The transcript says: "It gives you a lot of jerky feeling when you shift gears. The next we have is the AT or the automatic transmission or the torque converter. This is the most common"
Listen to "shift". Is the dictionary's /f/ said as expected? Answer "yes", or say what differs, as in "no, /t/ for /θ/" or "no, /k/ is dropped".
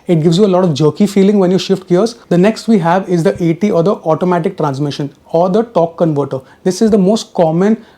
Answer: yes